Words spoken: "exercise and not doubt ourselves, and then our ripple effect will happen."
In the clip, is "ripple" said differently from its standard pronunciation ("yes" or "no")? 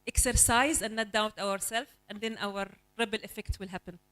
yes